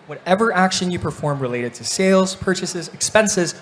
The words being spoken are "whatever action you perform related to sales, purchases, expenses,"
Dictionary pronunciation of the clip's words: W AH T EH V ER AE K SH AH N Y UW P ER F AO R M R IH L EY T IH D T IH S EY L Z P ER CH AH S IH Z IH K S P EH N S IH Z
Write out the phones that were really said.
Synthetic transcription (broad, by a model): W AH T EH V ER AE K SH AH N Y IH P ER F AO R M R IH L EY T IH D T IH S EY L Z P ER CH AH S IH Z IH K S P EH N S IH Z